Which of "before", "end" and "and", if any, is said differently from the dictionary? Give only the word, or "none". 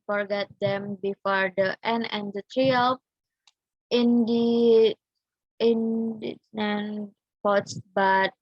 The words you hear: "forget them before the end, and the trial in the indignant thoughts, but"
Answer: end